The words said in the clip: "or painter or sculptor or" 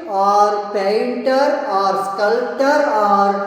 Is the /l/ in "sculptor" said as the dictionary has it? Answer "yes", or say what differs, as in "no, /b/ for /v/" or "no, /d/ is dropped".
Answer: yes